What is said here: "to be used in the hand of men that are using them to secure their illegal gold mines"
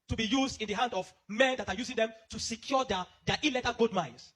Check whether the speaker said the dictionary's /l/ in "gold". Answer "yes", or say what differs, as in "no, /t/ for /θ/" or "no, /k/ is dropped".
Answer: no, /l/ is dropped